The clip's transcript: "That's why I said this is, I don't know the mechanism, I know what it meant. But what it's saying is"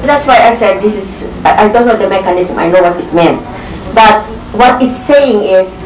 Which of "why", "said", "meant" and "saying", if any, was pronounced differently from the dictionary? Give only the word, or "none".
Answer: none